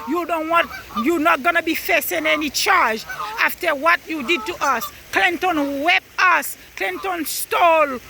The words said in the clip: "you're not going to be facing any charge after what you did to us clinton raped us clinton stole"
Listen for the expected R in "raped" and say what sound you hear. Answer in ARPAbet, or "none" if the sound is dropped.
W